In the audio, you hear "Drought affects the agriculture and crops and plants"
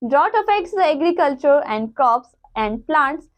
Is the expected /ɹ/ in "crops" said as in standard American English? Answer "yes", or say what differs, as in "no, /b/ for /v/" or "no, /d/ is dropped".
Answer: no, /ɹ/ is dropped